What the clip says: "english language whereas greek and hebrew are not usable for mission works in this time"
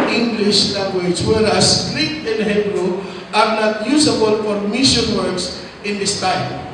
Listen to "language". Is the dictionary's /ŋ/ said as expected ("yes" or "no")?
no